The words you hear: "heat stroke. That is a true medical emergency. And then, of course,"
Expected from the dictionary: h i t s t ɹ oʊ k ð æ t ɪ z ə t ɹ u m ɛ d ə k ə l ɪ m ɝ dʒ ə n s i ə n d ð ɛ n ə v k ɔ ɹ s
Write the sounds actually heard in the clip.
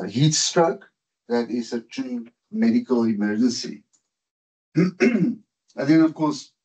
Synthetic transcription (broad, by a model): h i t s t ɹ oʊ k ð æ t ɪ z ə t u m ɛ d ə k ə l ɪ m ɝ dʒ ə n s i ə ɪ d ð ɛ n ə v k ɔ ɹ s